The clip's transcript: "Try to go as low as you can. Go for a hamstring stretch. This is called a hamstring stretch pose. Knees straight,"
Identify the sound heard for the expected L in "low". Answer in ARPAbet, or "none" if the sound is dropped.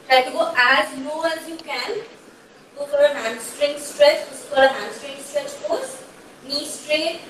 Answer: N